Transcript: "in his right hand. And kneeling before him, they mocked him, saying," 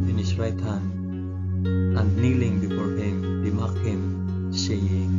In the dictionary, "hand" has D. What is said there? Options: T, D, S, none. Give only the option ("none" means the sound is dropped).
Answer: none